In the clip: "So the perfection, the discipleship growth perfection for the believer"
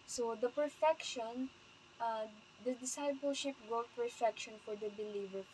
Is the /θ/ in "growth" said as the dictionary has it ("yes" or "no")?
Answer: no